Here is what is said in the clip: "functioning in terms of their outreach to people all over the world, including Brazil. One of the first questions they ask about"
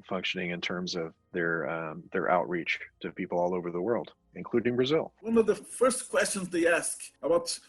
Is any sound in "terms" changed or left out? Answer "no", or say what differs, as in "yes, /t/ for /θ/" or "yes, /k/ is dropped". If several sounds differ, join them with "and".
no